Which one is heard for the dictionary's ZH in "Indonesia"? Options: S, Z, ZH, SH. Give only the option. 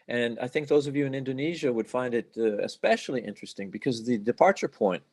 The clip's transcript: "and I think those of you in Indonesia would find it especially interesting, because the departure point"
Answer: ZH